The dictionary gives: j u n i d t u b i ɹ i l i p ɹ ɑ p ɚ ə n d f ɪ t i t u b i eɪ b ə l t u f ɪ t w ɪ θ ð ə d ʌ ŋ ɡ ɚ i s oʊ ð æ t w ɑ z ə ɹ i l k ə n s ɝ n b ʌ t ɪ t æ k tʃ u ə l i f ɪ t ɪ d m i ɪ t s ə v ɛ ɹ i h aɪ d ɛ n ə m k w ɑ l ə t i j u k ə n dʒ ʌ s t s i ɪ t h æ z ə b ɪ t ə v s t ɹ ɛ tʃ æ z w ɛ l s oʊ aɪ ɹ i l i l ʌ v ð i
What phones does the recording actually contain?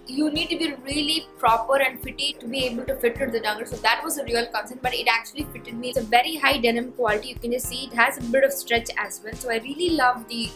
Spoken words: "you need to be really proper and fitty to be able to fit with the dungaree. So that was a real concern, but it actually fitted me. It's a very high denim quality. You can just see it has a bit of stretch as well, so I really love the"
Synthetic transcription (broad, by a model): j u n i d t u b i ɹ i l i p ɹ ɑ p ɚ ə n d f ɪ t i t u b i eɪ b ə l t u f ɪ t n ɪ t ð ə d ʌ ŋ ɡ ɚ s oʊ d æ t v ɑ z ə ɹ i l k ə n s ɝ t b ʌ t ɪ t æ k tʃ u ə l i f ɪ t ɪ d m i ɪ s ə v ɛ ɹ i h aɪ d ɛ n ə m k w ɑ l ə t i j u k ə n dʒ ʌ s t s i ɪ t h æ z ə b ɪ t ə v s t ɹ ɛ tʃ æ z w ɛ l s oʊ aɪ ɹ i l i l ʌ v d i